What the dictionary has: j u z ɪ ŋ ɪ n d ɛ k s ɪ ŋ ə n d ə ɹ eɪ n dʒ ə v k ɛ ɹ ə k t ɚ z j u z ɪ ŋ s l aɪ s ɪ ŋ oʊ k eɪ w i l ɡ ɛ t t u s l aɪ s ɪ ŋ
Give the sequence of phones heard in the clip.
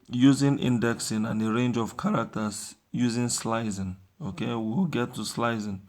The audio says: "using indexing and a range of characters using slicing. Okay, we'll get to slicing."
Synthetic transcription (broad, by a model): j u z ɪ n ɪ n d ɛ k s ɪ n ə n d ə ɹ eɪ n dʒ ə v k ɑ ɹ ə k t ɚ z j u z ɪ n s l aɪ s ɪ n oʊ k eɪ w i w ɡ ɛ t t u s l aɪ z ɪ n